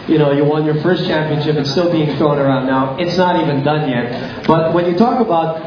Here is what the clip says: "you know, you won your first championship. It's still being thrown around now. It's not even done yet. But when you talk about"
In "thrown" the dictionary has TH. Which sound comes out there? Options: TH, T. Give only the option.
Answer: T